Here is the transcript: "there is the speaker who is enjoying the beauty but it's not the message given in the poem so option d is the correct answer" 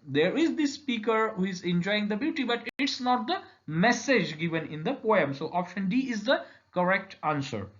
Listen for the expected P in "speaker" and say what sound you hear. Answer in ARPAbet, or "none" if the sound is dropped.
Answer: P